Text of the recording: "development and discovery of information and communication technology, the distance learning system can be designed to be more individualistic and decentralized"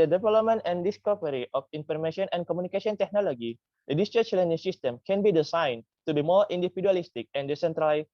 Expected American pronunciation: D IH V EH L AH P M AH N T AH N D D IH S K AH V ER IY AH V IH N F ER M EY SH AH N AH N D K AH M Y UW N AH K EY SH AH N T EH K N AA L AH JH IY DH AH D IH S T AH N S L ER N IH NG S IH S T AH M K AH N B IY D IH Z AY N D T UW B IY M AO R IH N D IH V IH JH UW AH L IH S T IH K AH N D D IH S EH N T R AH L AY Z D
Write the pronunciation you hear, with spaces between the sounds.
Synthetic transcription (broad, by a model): D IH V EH L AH P M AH N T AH N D D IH S K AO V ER IY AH F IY N F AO M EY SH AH N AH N K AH M UW N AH K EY S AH N T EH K N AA L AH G IY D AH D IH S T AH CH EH L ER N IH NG S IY S T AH M K AH N B IY D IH S AY N T UW B IY M AO R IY N D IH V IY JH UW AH L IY S T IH K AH N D D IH S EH N T R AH L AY